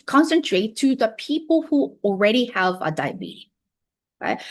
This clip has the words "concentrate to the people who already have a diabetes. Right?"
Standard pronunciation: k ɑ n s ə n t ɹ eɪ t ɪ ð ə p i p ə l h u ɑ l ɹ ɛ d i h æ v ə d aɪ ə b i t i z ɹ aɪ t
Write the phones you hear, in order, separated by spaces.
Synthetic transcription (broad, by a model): k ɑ n s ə n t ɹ eɪ t ɪ ð ə p i p ə l h u ɑ l ɹ ɛ d i h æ v ə d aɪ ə b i i ɹ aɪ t